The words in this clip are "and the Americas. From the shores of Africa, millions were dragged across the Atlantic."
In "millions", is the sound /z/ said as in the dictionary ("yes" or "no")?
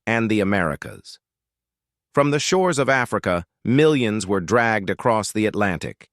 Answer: yes